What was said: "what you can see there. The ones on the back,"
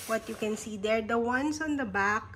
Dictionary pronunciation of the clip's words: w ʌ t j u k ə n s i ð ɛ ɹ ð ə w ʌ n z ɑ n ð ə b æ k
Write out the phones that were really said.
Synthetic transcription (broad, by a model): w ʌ t j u k ə n s i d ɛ ɹ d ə w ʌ n s ɑ n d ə b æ k